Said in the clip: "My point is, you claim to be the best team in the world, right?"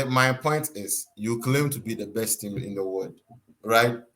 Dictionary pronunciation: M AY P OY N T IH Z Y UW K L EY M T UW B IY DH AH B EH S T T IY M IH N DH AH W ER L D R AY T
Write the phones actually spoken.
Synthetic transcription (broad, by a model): M AY P OY N T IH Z Y UW K L EY M T UW B IY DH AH B EH S T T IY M IH N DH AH W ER D R AY T